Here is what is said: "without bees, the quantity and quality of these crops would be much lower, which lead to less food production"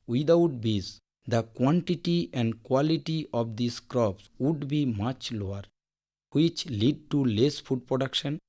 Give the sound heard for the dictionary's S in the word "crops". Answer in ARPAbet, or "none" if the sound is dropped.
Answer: S